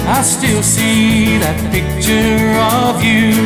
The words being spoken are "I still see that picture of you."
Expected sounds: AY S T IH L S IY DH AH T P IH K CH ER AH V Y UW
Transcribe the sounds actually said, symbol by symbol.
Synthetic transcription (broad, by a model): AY S T IH L S IY DH AH T P IH K CH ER AH V Y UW